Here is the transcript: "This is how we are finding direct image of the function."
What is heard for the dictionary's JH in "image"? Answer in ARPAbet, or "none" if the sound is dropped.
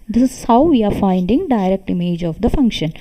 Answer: JH